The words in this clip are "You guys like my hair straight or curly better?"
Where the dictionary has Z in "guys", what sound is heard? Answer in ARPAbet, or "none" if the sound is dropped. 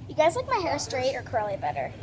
Z